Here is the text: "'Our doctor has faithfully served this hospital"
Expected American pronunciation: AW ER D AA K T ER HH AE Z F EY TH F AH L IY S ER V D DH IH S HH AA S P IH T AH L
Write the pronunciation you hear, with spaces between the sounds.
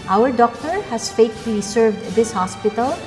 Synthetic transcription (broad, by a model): AW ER D AA K T ER HH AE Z F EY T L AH IY S ER V D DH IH S HH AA S P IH T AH L